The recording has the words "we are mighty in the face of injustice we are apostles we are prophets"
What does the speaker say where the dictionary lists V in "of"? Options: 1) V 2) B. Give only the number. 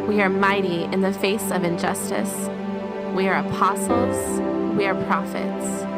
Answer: 1